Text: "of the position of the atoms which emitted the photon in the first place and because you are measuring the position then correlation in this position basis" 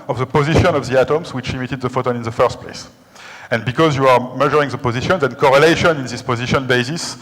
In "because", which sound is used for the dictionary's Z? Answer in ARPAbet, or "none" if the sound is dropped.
Z